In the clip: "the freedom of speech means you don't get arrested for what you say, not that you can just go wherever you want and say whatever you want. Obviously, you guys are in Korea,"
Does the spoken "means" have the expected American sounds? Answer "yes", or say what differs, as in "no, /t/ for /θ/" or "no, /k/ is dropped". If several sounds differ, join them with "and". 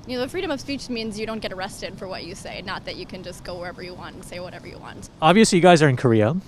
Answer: yes